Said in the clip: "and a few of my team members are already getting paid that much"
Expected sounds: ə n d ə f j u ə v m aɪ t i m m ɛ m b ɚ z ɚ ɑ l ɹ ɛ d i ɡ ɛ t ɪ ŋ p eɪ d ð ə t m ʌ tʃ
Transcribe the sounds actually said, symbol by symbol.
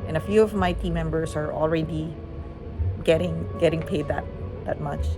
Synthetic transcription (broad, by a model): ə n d ə f j u ə v m aɪ t i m m ɛ m b ɚ s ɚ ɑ l ɹ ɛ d i ɡ ɛ t ɪ ŋ p eɪ d ð ə t m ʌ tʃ